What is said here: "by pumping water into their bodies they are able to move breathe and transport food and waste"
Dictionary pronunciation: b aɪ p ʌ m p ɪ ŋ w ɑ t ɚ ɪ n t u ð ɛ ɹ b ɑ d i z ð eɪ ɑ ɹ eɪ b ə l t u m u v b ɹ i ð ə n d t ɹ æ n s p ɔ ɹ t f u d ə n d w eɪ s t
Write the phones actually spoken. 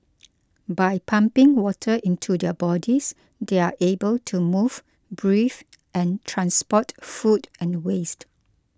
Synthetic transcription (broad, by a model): b aɪ p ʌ m p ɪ ŋ w ɑ t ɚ ɪ n t u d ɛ b ɑ d i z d eɪ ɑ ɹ eɪ b ə l t u m u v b ɹ i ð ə n t ɹ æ n s p ɔ t f u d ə n w eɪ s t